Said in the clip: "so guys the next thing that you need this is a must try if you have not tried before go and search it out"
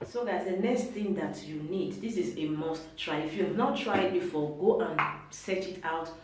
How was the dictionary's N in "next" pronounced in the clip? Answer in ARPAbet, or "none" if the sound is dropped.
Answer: N